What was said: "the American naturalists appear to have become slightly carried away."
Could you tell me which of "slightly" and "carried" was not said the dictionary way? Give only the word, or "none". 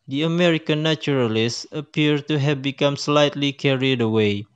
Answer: none